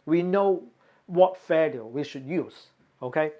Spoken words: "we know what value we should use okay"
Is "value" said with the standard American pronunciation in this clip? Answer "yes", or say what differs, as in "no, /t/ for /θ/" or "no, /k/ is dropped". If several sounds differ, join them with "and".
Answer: no, /f/ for /v/